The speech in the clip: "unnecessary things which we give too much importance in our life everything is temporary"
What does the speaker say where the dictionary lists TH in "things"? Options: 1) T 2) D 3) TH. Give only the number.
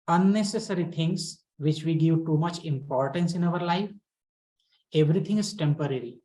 1